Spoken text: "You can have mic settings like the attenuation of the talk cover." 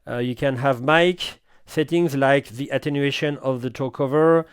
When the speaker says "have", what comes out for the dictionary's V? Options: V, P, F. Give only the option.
V